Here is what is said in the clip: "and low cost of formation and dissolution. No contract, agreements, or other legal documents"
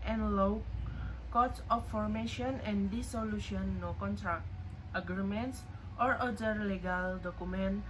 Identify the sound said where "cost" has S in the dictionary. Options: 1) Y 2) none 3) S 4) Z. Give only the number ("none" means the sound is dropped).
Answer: 2